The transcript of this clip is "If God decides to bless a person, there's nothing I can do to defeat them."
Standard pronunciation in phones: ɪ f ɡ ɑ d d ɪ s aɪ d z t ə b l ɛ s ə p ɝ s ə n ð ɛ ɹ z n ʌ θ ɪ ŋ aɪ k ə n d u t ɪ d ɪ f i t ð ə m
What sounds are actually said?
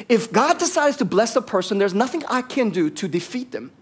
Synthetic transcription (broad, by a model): ɪ f ɡ ɑ d d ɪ s aɪ d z t ə b l ɛ s ə p ɝ s ə n ð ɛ ɹ z n ʌ θ ɪ ŋ aɪ k ə n d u t ɪ d ɪ f i t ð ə m